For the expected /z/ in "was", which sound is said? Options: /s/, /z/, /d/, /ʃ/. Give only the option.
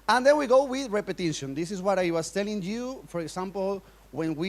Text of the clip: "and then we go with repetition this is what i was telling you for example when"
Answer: /s/